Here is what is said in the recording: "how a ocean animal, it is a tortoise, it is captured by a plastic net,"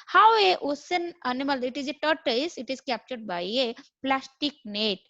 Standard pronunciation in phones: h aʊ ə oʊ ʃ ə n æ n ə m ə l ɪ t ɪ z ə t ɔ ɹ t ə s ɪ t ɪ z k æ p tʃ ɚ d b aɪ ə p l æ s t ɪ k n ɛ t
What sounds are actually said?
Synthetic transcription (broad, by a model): h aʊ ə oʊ s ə n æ n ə m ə l ɪ t ɪ z ə t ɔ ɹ t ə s ɪ t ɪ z k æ p tʃ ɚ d b aɪ ə p l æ s t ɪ k n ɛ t